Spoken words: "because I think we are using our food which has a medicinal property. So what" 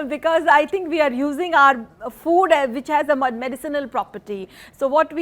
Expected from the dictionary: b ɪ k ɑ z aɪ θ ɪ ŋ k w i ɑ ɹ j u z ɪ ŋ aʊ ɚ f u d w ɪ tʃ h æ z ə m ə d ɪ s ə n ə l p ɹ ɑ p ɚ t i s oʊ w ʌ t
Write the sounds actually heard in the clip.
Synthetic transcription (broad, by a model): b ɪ k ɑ z aɪ t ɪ ŋ k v i ɑ ɹ j u z ɪ ŋ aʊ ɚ f u d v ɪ tʃ h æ z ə m ə d ɪ s ə n ə l p ɹ ɑ p ɚ t i s oʊ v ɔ t